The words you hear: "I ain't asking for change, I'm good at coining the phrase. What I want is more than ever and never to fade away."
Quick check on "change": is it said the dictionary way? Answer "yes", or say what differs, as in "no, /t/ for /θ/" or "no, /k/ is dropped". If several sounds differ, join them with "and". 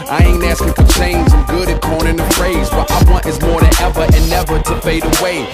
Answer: no, /z/ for /dʒ/